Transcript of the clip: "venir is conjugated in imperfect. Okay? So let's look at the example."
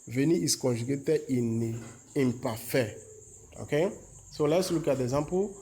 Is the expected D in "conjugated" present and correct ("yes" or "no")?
no